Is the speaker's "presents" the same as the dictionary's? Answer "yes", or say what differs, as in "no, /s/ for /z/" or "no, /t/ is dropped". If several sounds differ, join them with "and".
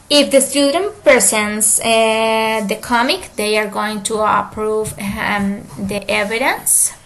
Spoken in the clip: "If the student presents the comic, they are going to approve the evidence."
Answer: no, /ɹ/ is dropped